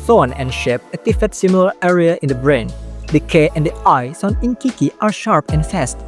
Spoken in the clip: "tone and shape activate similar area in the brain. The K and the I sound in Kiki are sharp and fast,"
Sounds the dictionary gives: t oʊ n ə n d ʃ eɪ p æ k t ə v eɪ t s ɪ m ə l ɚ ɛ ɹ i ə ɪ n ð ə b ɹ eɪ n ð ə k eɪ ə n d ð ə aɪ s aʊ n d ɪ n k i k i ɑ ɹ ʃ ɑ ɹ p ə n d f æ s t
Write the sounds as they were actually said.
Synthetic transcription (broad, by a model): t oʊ n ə n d ʃ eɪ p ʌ t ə f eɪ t s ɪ m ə l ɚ ɛ ɹ i ə ɪ n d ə b ɹ eɪ n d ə k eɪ ə n d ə aɪ s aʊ n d ɪ n k i k i ɑ ɹ ʃ ɑ ɹ p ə n f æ s t